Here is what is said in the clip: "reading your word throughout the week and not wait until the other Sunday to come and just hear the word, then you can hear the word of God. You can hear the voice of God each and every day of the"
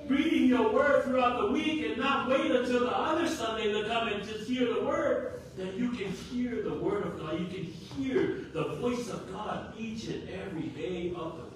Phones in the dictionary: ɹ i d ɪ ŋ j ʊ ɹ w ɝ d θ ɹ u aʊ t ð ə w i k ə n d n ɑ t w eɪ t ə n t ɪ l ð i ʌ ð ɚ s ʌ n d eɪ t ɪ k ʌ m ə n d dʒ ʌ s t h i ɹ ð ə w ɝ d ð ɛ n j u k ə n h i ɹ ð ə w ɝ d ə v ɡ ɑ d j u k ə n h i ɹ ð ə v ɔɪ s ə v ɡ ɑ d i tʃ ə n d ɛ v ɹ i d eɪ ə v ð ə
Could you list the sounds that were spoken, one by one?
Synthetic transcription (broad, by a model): ɹ i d ɪ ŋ j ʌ ɹ w ɝ d θ ɹ u aʊ t ð ə w i k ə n n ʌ t w eɪ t ə n t ɪ l ð i ʌ ð ɚ s ʌ n d eɪ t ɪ k ʌ m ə n dʒ ʌ s t h i ɹ ð ə w ɝ d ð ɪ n j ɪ k ə n h i ɹ ð ə w ɝ d ə v ɡ ɑ d j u k ə n h i ɹ ð ə v ɔɪ s ə v ɡ ɑ d i tʃ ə n ɛ v ɹ i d eɪ ə v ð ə